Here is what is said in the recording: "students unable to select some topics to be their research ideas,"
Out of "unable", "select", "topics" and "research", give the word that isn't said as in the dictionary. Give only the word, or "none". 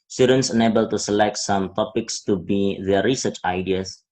none